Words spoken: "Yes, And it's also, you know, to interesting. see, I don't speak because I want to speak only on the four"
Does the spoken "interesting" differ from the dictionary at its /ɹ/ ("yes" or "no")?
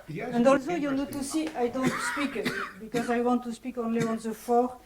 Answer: yes